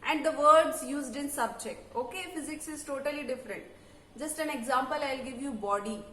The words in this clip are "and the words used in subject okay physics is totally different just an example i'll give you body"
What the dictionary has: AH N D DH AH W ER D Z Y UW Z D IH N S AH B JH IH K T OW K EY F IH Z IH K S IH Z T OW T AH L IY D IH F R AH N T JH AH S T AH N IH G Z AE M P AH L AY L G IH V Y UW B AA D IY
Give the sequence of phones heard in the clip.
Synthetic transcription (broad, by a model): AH N D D AH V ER D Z Y UW Z D IH N S AH B JH IH K T OW K EY F IH Z IH K S IH Z T OW T AH L IY D IH F R AH N T JH AH S T AH N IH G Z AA M P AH L AY L G IH V Y UW B AA D IY